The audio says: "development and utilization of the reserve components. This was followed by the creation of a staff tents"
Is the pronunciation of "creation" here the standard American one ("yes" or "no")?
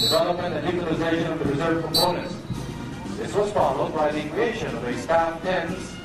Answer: no